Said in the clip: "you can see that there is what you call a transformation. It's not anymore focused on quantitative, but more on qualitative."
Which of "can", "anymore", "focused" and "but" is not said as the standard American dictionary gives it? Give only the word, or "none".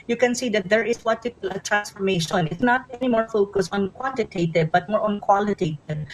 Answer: focused